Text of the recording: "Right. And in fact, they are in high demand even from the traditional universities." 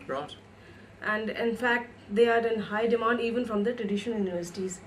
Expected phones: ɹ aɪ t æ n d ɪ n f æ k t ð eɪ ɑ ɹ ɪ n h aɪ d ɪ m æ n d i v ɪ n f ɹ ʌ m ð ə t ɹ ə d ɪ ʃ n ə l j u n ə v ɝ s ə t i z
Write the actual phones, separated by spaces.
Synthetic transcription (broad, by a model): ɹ t æ n d ɪ n f æ k t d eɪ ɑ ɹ ɪ n h aɪ d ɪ m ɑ n d i v ɪ n f ɹ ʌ m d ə t ɹ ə d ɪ ʃ ə n j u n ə v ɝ s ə t i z